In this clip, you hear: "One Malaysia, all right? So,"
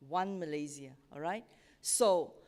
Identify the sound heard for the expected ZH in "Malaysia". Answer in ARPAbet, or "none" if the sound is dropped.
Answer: Z